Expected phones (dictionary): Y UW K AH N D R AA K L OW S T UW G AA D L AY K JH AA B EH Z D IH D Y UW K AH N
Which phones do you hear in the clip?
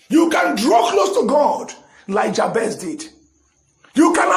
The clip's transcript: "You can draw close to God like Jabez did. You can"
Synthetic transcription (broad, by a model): Y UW K AH N D R AA K L OW S T UW G AA D L AY K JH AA B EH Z D IH D Y UW K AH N